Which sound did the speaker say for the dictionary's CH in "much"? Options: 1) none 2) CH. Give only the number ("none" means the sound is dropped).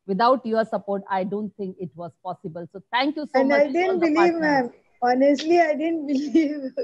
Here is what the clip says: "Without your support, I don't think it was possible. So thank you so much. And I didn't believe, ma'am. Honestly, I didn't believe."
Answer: 1